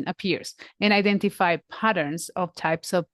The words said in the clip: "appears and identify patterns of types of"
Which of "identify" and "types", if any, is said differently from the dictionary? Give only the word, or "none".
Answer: none